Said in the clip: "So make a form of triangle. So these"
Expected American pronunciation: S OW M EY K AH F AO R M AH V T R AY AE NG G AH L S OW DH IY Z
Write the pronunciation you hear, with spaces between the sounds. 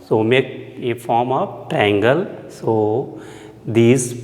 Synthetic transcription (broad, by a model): S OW M EY K AH F AO R M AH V T AY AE NG G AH L S OW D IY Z